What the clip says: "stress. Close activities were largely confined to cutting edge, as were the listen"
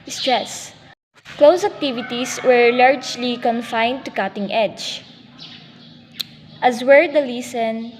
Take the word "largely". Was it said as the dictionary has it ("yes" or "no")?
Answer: yes